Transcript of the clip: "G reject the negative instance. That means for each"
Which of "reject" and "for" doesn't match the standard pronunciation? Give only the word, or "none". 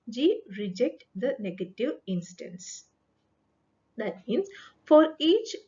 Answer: none